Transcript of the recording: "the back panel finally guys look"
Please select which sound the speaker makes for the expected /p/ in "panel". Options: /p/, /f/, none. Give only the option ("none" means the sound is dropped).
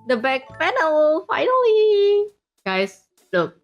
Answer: /f/